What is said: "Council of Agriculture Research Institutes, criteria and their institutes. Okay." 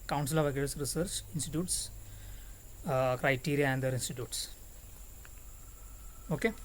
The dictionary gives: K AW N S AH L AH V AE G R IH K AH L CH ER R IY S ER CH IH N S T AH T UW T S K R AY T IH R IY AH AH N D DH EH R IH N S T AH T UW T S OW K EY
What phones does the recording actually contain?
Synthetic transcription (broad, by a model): K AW N S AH L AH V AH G IH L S R IY S ER CH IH N S T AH T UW T S K R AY T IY R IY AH AH N D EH R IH N S T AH T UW T S OW K EY